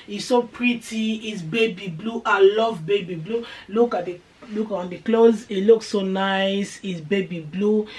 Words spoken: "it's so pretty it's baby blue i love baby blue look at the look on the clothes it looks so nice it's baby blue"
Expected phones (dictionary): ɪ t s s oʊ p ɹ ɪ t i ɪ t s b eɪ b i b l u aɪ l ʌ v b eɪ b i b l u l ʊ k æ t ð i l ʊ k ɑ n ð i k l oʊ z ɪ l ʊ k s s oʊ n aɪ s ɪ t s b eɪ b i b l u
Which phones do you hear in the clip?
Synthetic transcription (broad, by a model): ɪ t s s oʊ p ɹ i t i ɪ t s b eɪ b i b l u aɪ l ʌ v b eɪ b i b l u l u k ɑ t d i l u k ɑ n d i k l oʊ z ɪ l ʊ k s s oʊ n aɪ s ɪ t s b eɪ b i b l u